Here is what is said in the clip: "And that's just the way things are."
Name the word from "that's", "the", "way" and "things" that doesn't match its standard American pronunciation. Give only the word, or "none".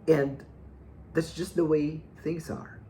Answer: none